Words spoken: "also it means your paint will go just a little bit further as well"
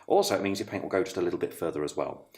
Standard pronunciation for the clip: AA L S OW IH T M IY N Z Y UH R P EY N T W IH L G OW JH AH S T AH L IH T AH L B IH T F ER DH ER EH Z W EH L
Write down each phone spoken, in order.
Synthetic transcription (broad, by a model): AA L S OW IH T M IY N Z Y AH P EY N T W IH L G OW JH AH S T AH L IH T L B IH T F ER DH ER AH Z W EH L